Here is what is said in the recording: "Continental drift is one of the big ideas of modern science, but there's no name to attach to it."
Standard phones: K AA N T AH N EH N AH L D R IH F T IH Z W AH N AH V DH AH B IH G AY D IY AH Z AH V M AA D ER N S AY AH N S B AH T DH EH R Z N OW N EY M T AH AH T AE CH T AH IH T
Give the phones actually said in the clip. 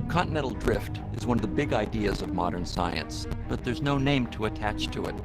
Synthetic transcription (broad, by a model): K AA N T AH N EH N L D R IH F T IH Z W AH N AH V DH AH B IH G AY D IY AH Z AH V M AA D ER N S AY AH N S B AH T DH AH R Z N OW N EY M T AH AH T AE CH T AH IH T